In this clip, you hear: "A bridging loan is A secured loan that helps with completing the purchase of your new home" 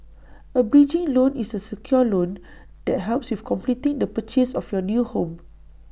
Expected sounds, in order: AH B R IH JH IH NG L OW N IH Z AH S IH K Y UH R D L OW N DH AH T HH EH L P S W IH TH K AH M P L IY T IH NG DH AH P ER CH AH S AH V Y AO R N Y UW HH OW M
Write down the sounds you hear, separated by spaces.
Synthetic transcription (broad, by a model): AH B R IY JH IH NG L OW N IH S AH S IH K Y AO L OW N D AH T HH EH L P S W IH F K AH M P L IY T IH NG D AH P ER CH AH S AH F Y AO N Y UW HH OW M